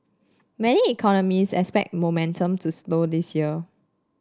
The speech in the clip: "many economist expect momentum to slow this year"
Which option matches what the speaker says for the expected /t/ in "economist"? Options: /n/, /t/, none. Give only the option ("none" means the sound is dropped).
none